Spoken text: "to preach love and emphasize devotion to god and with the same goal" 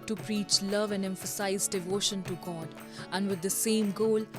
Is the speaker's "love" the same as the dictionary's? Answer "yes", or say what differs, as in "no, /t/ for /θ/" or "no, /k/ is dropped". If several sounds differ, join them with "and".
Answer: yes